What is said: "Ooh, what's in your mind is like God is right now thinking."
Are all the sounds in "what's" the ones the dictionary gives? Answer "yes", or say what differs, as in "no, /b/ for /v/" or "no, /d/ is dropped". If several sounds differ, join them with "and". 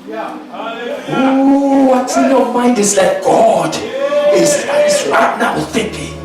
no, /s/ is dropped